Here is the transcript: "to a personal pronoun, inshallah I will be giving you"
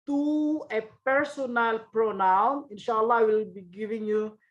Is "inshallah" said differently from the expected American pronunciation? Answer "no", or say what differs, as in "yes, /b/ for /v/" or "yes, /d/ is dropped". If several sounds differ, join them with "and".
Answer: no